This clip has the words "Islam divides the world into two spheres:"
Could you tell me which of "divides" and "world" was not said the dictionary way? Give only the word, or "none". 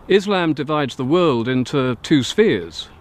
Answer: none